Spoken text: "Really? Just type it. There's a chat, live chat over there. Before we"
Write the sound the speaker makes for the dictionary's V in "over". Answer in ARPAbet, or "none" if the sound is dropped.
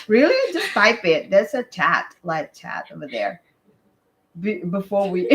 V